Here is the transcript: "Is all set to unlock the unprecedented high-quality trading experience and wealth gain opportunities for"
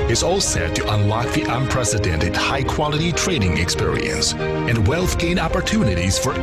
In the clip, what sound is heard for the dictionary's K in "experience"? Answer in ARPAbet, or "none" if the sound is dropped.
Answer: K